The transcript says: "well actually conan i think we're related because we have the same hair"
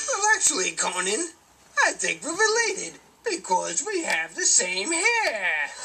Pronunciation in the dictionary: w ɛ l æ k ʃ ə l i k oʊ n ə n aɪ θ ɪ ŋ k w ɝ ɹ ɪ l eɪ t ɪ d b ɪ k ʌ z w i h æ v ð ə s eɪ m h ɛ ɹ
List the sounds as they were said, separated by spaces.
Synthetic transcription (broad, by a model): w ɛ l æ k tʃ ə l i k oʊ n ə n aɪ θ ɪ ŋ k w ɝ ɹ ɪ l eɪ t ɪ d b ɪ k ʌ z w i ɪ v ð ə s eɪ m h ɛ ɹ